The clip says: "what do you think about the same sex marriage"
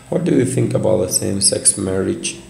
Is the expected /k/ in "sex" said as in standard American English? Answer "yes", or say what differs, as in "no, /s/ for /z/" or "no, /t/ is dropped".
yes